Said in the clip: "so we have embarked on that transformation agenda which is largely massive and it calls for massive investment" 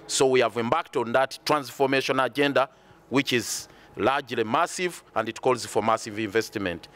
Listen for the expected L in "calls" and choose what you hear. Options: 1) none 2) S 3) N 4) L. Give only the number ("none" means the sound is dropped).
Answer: 4